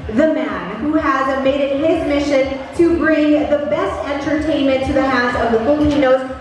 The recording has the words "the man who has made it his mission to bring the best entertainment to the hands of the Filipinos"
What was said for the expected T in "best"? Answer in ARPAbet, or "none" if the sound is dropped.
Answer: T